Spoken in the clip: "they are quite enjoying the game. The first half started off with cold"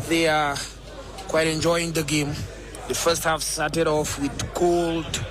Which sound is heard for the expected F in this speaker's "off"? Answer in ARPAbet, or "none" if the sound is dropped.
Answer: F